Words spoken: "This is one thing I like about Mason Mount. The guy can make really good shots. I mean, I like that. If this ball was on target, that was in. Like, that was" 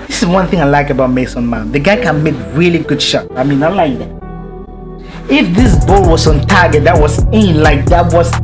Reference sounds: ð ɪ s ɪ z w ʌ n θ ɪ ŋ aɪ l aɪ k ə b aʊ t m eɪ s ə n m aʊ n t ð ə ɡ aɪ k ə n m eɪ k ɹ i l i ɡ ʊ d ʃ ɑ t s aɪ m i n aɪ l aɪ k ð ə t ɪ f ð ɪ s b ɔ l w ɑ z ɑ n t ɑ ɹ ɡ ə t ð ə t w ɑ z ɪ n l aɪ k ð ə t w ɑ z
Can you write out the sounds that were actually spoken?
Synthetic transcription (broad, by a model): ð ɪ s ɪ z w ʌ n θ ɪ ŋ aɪ l aɪ k ə b aʊ t m eɪ s ə n m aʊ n ð ə ɡ aɪ k ə n m eɪ k ɹ i l i ɡ ʊ d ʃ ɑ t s aɪ m i n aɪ l aɪ k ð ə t ɪ f ð ɪ s b ɔ l w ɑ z ɑ n t ɑ ɡ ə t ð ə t w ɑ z ɪ n l aɪ k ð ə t w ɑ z